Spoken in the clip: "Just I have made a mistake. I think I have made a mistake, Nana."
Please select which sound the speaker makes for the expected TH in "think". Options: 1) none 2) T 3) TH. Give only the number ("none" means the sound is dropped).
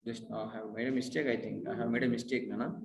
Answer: 2